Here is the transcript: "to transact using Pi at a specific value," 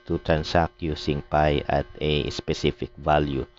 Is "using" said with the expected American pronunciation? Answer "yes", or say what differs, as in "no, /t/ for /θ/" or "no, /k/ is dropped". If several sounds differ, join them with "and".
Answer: no, /s/ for /z/